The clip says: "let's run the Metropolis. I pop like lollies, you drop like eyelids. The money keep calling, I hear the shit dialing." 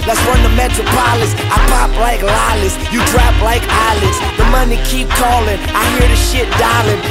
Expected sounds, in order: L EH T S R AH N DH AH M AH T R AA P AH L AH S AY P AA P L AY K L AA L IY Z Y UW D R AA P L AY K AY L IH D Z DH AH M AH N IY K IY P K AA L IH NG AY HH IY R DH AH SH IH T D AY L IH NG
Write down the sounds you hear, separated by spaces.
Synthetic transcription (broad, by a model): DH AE T S W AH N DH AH M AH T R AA P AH L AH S AY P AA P L AY K L AA L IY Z Y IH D R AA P L AY K AY L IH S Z DH AH M AH N IY K IY P K AA L IH NG AY HH IY R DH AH SH IH T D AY L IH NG